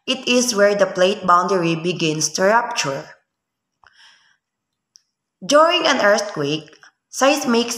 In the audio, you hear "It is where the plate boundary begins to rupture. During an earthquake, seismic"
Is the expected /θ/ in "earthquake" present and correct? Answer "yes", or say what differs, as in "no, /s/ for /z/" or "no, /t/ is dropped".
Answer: no, /t/ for /θ/